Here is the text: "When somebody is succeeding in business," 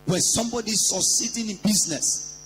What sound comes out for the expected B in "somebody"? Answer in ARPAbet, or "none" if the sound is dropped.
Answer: B